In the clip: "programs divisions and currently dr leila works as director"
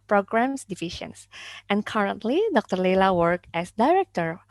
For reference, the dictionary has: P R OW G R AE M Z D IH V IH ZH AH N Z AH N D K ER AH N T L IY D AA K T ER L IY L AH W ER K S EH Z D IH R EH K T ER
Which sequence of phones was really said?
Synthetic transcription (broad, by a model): P R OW G R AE M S D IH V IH SH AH N S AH N K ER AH N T L IY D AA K T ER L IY L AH W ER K EH S D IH R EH K T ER